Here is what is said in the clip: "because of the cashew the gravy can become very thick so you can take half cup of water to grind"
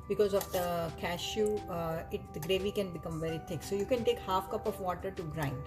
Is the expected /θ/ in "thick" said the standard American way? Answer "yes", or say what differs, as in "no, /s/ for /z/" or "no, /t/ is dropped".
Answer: no, /t/ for /θ/